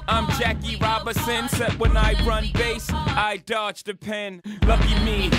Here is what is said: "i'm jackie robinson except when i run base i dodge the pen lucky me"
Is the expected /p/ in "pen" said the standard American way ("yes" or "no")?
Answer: yes